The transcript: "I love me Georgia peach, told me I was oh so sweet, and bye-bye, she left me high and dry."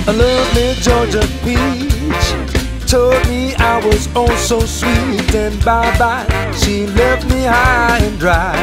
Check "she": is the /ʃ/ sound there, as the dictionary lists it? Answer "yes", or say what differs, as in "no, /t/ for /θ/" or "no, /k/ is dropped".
yes